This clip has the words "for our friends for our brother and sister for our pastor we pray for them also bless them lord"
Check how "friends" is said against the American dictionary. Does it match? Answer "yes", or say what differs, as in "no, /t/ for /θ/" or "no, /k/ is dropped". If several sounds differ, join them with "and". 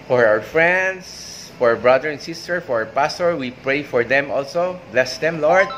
no, /s/ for /z/